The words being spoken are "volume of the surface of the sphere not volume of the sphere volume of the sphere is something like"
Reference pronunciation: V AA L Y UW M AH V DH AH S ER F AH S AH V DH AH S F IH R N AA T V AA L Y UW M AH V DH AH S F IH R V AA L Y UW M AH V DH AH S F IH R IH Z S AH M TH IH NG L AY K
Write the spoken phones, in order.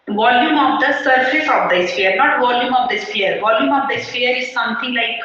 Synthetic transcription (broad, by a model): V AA L Y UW M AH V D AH S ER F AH S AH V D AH S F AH R N AA T V AA L Y UW M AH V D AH S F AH R V AA L Y UW M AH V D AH S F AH R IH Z S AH M T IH NG L AY K